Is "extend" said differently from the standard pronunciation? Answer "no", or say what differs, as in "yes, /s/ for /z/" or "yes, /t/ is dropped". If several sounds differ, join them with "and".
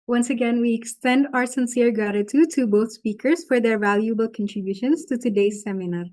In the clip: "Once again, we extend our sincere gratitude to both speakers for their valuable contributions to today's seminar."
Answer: no